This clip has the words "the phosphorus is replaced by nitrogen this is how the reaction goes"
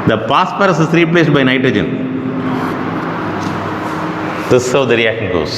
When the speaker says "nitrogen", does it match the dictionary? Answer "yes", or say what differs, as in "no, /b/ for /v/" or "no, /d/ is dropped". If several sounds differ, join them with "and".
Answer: yes